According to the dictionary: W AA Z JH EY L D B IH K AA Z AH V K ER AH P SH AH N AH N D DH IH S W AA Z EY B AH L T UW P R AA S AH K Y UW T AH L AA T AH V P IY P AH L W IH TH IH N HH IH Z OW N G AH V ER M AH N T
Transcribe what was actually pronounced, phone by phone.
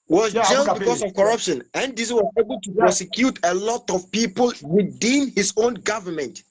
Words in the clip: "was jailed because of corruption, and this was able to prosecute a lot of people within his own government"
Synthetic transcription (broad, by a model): W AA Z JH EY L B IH K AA S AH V K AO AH P SH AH N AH N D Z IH W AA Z EY B AH L T UW P R AA S AH K Y UW T AH L AA T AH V P IY P AH L W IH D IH N HH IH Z OW N G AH V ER M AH N T